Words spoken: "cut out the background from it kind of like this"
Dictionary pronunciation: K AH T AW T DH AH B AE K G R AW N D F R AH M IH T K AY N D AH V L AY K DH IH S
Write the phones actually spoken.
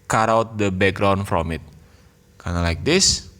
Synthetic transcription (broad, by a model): K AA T AW T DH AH B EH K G R AW N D F R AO M IH T K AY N AH L AY K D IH S